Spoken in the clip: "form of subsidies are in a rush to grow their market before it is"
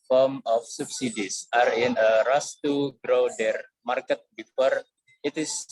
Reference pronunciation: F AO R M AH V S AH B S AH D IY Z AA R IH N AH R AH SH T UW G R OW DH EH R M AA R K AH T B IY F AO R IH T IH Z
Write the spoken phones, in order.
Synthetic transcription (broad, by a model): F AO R M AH F S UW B S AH D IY S AA R IH N AH R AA S T UW G R OW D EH R M AA R K AH T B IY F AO R IH T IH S